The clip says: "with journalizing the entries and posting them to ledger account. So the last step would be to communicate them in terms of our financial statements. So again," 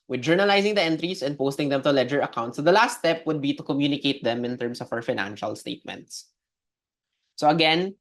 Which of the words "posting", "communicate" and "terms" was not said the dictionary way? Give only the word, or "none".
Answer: terms